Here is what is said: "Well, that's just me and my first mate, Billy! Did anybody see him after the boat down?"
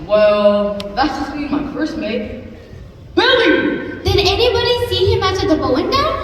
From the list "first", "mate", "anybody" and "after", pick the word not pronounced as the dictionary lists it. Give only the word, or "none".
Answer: after